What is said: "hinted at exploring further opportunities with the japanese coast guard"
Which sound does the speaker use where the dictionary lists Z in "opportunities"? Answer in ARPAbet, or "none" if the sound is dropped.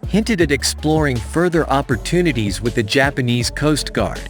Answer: Z